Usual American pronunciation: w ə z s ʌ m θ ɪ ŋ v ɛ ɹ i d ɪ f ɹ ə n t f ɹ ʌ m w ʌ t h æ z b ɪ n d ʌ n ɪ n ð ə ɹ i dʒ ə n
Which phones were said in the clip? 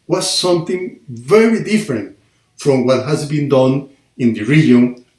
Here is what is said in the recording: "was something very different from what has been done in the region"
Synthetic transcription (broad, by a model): w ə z s ʌ m θ ɪ ŋ v ɛ ɹ i d ɪ f ɹ ə n t f ɹ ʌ m w ʌ t h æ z b ɪ n d ʌ n ɪ n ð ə ɹ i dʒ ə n